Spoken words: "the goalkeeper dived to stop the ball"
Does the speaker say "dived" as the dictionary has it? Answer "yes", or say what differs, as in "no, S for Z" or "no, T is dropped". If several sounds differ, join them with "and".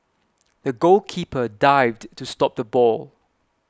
yes